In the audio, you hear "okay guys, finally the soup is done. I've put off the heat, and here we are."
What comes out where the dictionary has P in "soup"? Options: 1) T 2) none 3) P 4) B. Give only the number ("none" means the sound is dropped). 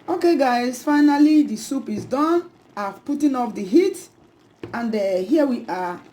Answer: 3